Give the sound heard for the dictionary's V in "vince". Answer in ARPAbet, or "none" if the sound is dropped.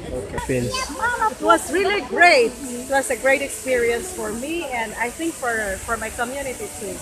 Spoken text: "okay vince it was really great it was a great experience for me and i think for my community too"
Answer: P